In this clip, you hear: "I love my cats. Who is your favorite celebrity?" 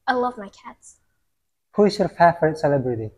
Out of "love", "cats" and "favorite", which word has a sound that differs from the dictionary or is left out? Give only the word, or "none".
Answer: favorite